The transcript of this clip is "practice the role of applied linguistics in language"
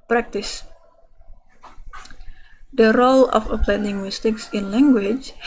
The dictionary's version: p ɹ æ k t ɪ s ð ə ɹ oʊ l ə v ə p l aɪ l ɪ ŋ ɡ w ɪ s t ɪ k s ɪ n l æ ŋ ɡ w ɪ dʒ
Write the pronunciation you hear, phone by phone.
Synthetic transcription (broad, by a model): p ɹ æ k t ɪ s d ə ɹ oʊ l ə f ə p l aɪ n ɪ ŋ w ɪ s t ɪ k s ɪ n l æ ŋ ɡ w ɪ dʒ